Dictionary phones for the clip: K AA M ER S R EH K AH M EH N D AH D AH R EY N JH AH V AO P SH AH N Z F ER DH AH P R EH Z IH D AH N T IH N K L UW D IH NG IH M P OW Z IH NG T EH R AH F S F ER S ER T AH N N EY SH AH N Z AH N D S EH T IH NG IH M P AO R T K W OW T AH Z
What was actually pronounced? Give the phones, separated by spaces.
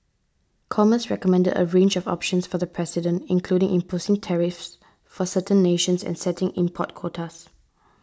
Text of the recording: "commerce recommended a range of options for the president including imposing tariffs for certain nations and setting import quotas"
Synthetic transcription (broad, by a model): K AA M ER S R EH K AH M EH N D AH D AH R EY N JH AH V AO P SH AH N S F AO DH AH P R EH S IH D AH N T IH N K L UW D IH NG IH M P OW S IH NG T EH R AH F S F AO S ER T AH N N EY SH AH N S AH N S EH T IH NG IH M P AO T K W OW T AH S